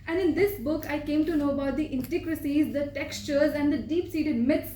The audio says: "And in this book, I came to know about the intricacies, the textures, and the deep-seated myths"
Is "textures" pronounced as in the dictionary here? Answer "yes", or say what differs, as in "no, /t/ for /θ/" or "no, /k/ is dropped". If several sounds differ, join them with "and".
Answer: yes